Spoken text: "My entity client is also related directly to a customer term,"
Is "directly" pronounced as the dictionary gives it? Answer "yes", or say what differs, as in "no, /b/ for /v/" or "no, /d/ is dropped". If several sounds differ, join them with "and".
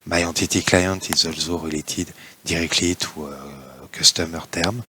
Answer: yes